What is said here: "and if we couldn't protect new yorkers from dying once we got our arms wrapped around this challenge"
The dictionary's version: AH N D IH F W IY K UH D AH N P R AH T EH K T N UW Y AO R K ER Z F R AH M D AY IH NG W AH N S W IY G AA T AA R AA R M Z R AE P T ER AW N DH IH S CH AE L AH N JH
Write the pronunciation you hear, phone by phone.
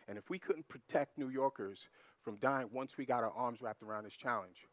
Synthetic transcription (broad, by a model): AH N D IH F W IY K UH D N P R AH T EH K T N UW Y AO R K ER Z F R AH M D AY IH NG W AH N S W IY G AA T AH R AA R M Z R AE P T ER AW N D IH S CH AE L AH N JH